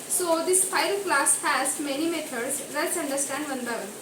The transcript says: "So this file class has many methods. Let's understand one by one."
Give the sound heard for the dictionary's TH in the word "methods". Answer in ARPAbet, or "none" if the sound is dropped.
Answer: T